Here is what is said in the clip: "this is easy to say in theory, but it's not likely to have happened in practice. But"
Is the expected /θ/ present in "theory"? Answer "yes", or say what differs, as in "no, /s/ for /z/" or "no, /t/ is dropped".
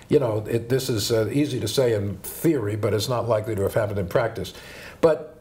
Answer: yes